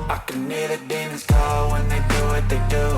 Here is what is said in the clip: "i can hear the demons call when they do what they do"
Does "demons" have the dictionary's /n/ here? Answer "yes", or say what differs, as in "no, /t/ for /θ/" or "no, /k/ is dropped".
no, /n/ is dropped